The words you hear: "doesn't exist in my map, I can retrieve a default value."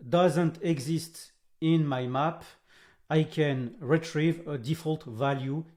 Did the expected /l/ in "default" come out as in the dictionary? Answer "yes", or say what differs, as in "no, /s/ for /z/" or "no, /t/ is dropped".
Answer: yes